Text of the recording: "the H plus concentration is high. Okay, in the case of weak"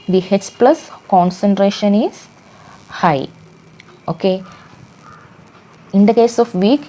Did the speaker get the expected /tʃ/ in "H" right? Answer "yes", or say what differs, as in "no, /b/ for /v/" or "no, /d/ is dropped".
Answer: no, /s/ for /tʃ/